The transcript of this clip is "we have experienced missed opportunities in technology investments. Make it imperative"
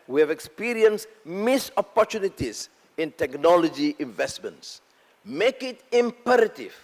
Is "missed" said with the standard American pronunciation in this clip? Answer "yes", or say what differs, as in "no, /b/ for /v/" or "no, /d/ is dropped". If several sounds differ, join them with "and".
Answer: no, /t/ is dropped